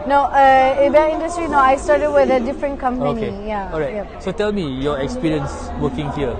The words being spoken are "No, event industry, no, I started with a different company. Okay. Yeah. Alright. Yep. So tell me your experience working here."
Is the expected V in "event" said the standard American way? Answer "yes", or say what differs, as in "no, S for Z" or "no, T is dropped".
no, B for V